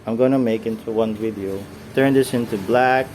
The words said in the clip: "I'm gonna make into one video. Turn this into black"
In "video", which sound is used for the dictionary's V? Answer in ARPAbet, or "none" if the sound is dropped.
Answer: W